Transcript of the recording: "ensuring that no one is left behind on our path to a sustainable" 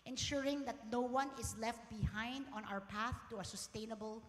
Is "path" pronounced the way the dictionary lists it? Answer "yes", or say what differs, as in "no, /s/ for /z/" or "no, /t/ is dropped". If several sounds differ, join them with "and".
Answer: yes